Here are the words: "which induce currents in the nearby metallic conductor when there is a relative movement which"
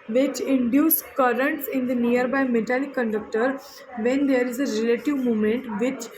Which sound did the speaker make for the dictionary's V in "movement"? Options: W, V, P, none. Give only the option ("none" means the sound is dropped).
none